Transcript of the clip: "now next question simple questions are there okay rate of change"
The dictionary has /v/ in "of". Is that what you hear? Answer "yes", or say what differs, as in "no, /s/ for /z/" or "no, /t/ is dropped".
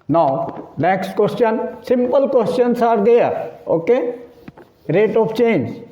no, /p/ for /v/